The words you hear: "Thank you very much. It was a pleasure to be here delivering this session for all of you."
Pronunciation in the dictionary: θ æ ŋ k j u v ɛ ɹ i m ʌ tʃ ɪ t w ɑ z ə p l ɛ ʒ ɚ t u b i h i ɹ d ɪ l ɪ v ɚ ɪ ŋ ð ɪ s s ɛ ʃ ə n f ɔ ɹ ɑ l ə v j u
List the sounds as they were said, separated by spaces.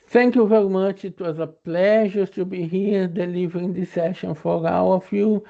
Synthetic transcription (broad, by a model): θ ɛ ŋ k j u v ɛ ɹ i m ʌ tʃ ɪ t w ɑ z ə p l ɛ ʒ ɚ t u b i h i ɹ d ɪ l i v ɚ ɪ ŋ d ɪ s s ɛ ʃ ə n f ɔ ɹ ɑ w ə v j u